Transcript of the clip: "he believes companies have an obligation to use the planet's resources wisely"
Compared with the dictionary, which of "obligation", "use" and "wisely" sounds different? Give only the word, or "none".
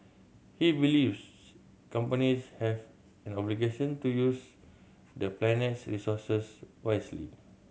wisely